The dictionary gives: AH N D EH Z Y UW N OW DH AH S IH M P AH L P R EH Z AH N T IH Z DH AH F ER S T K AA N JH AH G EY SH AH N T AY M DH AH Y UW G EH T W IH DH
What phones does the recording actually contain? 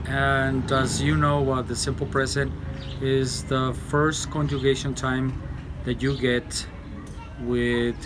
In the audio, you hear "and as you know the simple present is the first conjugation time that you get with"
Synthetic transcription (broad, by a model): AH N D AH Z Y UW N OW DH AH S IH M P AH L P R EH Z AH N T IH Z DH AH F ER S T K AA N JH AH G EY SH AH N T AY M DH AH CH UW G EH T W IH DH